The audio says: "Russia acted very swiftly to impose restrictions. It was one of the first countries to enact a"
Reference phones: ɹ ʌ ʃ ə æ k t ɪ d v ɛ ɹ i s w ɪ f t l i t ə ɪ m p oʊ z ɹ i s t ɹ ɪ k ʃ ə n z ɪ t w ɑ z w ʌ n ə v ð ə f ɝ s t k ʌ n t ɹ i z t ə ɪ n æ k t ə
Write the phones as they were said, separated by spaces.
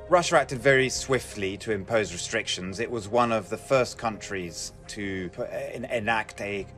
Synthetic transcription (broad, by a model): ɹ ʌ ʃ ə æ k t ɪ d v ɛ ɹ i s w ɪ f t l i t ə ɪ m p oʊ z ɹ i s t ɹ ɪ k ʃ ə n z ɪ t w ɑ z w ʌ n ə v ð ə f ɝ s k ʌ n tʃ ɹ i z t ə ɪ n æ k t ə